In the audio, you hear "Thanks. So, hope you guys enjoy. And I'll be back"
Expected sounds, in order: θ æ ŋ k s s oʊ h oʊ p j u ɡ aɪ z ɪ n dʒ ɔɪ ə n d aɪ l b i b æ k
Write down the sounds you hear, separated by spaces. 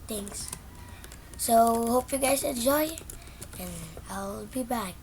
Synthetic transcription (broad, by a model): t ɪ ŋ s s oʊ h oʊ p j u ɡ aɪ s ɪ n dʒ ɔɪ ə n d aɪ l b i b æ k